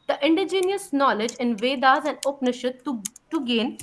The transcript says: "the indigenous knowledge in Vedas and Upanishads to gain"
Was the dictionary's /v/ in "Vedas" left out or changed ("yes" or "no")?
no